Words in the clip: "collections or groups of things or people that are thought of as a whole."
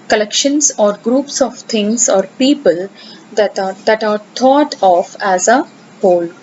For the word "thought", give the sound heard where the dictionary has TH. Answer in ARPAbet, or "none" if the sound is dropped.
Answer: T